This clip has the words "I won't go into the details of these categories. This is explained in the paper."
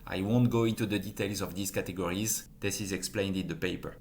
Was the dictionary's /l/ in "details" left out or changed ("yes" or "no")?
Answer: no